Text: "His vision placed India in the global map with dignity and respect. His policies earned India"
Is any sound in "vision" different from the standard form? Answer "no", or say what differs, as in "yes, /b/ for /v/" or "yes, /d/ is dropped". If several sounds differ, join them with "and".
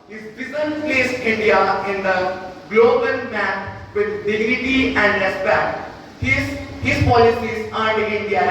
yes, /b/ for /v/ and /z/ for /ʒ/